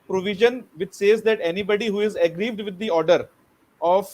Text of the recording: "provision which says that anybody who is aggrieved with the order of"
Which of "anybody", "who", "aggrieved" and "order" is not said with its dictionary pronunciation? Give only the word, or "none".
none